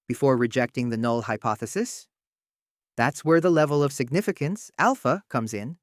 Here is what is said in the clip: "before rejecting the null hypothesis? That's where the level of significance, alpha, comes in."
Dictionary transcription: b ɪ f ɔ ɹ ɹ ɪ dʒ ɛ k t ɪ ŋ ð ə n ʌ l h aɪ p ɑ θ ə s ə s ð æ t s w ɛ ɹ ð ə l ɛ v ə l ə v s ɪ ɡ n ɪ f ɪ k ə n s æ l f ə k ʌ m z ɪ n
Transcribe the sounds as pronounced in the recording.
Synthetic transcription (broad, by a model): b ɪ f ɔ ɹ ɹ ɪ dʒ ɛ k t ɪ ŋ ð ə n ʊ l h aɪ p ɑ θ ə s ə s ð æ t s w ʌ ɹ ð ə l ɛ v ə l ə v s ɪ ɡ n ɪ f ɪ k ə n s æ l f ə k ʌ m z ɪ n